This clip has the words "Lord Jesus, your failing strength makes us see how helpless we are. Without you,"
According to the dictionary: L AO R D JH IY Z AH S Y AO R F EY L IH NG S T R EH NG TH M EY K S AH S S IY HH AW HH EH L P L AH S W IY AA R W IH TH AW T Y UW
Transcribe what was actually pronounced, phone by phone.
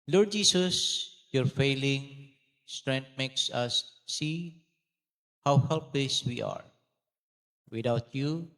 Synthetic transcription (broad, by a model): L AO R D JH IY S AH S Y AO R F EY L IH NG S T R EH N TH M EY K S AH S S IY HH AW HH EH L P L AH S W IY AA R W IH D AW T Y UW